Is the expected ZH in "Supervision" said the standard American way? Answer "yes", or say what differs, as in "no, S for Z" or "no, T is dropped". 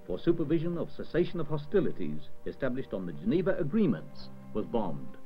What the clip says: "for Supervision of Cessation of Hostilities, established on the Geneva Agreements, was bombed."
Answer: yes